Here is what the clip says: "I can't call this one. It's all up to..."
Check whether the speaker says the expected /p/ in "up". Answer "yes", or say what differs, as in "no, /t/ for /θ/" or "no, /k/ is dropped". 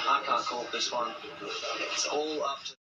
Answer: no, /f/ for /p/